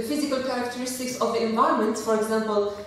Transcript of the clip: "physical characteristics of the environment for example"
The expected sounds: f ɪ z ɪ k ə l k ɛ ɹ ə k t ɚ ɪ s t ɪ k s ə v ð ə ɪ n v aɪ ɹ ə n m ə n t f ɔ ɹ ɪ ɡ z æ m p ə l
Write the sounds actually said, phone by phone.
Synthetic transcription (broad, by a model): f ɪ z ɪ k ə l k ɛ ɹ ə k t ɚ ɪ s t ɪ k s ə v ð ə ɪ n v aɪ ə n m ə n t f ɔ ɹ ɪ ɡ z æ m p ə l